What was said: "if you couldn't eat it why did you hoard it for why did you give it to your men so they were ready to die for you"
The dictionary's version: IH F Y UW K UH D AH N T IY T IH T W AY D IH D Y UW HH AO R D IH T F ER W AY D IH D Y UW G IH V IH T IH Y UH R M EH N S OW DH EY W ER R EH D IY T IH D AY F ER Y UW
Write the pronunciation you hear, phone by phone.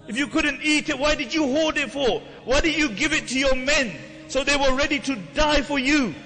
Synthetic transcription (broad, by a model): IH F Y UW K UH D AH N T IY T IH T W AY D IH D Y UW HH AO L D IH T F ER W AY D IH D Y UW G IH V IH T IH Y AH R M EH N S OW DH EY W ER R EH D IY T IH D AY F ER Y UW